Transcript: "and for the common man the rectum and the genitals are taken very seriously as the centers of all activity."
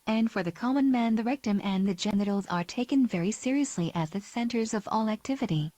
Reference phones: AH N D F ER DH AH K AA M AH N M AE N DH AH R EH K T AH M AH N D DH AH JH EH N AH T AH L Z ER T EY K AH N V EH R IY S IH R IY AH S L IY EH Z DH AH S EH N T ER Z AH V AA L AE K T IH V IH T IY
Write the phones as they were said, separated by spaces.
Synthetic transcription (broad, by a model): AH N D F ER DH AH K AA M AH N M AE N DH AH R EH K T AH M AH N DH AH JH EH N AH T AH L Z ER T EY K AH N V EH R IY S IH R IY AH S L IY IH Z DH AH S EH N T ER Z AH V AA L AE K T IH V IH T IY